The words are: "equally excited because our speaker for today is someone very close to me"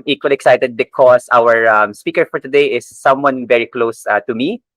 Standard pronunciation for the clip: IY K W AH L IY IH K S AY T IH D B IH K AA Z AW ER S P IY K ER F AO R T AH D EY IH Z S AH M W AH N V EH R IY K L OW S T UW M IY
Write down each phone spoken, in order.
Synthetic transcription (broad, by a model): IY K W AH L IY IH K S AY T IH D B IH K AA S AW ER S P IY K ER F AO R T AH D EY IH S AH M W AH N V EH R IY K L OW S T UW M IY